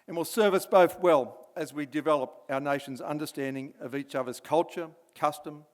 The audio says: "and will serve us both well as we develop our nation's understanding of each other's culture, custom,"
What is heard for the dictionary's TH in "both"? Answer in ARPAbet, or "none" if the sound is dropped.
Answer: TH